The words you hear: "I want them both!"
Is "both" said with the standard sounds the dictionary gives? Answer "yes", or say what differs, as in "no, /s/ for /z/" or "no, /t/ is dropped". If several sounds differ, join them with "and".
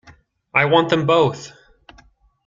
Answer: yes